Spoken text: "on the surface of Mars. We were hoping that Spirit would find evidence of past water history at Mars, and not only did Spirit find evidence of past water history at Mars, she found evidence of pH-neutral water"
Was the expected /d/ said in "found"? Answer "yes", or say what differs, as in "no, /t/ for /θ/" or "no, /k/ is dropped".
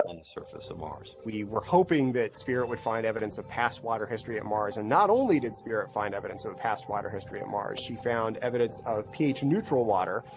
yes